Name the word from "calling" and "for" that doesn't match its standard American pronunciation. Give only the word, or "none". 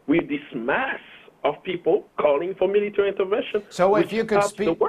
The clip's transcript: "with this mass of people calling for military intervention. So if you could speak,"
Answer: none